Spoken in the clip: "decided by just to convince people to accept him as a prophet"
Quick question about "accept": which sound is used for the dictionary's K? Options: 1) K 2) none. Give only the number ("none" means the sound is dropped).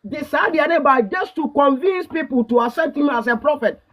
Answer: 2